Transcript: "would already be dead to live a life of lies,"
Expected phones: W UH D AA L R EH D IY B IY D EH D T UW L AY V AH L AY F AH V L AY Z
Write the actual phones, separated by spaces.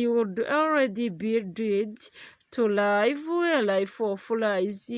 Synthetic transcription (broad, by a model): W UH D AA L R EH D IY B IY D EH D T UW L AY W AH L AY F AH F L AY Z